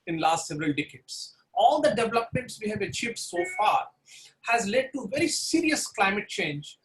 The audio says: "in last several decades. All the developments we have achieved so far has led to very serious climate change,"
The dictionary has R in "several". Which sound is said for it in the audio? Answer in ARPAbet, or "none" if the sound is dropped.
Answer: R